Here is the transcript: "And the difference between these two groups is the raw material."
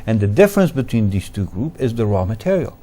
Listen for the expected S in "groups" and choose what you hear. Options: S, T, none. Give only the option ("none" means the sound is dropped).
none